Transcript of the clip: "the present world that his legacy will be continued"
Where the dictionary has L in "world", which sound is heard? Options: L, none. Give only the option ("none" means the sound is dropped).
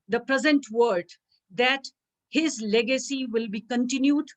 none